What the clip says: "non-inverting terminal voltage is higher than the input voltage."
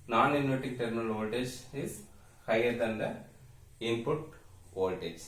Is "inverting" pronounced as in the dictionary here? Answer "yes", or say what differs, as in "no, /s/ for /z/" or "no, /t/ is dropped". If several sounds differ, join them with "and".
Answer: no, /v/ is dropped